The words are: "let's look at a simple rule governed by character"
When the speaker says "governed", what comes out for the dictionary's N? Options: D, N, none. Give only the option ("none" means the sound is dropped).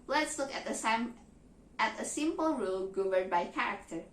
none